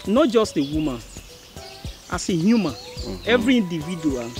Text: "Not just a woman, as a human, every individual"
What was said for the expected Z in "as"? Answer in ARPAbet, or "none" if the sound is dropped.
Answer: S